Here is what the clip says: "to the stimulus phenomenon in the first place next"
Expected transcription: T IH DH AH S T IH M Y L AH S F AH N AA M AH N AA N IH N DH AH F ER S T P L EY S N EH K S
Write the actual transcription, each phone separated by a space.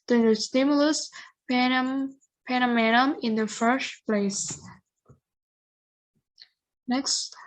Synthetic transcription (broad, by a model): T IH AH S T IH M Y L AH S P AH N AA M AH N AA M IH N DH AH F ER S T P L EY S N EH K S